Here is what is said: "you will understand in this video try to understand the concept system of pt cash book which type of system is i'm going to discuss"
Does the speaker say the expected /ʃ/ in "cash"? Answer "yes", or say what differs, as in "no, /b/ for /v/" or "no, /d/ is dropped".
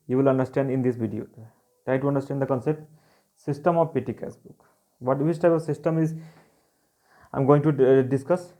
no, /s/ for /ʃ/